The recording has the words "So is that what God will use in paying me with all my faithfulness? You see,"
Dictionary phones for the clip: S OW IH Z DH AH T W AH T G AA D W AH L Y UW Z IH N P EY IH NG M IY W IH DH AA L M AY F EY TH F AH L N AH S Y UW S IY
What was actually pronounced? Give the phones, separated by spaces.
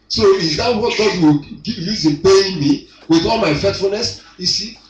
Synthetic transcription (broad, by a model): S OW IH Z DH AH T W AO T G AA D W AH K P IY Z IH N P EY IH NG M IY W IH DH AA L M AY F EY T F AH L N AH S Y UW S IY